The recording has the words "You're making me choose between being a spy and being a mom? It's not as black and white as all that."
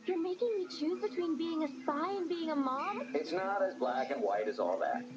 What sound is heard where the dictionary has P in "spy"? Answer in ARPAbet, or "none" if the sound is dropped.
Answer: none